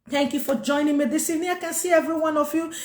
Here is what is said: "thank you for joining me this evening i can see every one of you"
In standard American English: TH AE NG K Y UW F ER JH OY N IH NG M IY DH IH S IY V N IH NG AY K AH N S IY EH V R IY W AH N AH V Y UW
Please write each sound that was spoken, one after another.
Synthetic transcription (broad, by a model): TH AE NG K Y UW F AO JH OY N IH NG M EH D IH S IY N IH AY K AH N S IY EH V R IY W AH N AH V Y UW